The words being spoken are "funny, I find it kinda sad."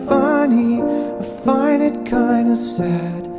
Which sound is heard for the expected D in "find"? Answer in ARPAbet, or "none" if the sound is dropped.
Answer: none